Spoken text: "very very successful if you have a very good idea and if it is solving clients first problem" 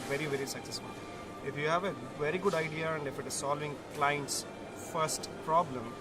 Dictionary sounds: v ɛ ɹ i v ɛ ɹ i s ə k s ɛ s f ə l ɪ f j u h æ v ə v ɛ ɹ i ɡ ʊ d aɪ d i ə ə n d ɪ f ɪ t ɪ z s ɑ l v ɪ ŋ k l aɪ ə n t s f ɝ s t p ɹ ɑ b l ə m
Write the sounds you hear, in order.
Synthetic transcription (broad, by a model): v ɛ ɹ i v ɛ ɹ i s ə k s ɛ s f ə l ɪ f j u h æ v ə v ɛ ɹ i ɡ ʊ d aɪ d i ə ə n d ɪ f ɪ t ɪ z s ɑ l v ɪ ŋ k l aɪ ə n t s f ɝ s t p ɹ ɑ b l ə m